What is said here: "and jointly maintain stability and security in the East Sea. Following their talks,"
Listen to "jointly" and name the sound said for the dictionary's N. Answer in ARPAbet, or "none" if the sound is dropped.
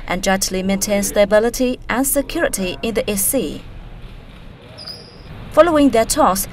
none